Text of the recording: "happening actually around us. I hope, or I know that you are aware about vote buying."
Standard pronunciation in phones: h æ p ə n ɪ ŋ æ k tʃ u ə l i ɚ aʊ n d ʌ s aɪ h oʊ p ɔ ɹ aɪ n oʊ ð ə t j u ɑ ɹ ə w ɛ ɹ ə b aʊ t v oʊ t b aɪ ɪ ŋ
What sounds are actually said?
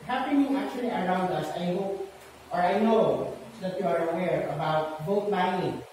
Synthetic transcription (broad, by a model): h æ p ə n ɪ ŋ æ k tʃ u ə l i ɚ aʊ n d ʌ s aɪ h oʊ p ɔ ɹ aɪ n oʊ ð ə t j u ɑ ɹ ə w ɛ ɹ ə b aʊ t b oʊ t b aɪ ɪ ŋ